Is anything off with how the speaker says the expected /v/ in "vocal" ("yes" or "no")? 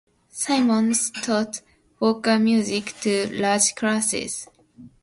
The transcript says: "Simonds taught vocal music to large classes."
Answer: yes